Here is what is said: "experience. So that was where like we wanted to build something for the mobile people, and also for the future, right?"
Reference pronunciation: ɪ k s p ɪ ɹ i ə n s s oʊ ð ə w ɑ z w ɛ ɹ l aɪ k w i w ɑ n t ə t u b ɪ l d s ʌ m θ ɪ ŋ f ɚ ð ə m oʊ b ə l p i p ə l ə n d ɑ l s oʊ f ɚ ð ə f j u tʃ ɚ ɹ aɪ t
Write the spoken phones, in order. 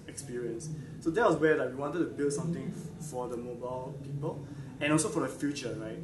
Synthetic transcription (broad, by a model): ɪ k s p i ɹ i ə n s s oʊ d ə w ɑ s w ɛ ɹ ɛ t w i w ɑ n t ə t u b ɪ l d s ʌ m t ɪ ŋ f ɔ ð ə m oʊ b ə l p i p ə l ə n ɑ l s oʊ f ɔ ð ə f j u tʃ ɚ ɹ aɪ t